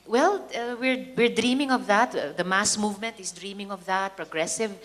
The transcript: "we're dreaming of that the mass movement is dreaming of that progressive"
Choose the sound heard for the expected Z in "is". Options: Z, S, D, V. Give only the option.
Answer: S